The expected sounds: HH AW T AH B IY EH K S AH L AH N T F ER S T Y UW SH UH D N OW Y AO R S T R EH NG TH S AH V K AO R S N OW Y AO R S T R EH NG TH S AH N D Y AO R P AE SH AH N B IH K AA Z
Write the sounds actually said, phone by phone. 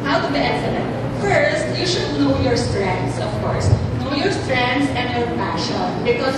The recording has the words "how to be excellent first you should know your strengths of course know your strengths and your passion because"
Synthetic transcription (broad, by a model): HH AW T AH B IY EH S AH N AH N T F ER S T Y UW SH UH D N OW Y AO R S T R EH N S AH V K AO R S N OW Y AO R S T R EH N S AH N Y AO R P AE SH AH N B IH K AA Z